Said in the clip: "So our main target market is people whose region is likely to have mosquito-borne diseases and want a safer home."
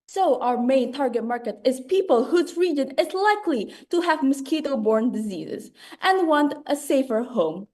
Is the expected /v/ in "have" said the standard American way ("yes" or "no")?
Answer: yes